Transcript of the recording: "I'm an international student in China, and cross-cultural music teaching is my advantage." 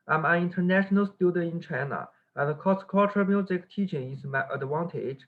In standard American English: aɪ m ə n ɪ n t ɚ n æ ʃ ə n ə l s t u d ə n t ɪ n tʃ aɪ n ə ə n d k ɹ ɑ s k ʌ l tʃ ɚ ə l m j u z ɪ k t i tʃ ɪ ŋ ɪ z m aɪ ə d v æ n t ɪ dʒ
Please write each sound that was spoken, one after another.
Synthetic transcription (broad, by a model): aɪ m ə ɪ n t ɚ n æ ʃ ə n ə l s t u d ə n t ɪ n tʃ aɪ n ə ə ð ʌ k ɑ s k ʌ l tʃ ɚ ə m j u z ɪ k t i tʃ ɪ ŋ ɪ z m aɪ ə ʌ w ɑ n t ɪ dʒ